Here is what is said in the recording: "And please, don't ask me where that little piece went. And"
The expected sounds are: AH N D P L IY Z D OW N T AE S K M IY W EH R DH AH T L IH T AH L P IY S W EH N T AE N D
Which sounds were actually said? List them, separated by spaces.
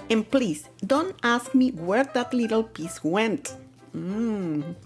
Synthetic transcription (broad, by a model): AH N P L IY S D OW N T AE S K M IY W EH R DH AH T L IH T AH L P IY S W EH N T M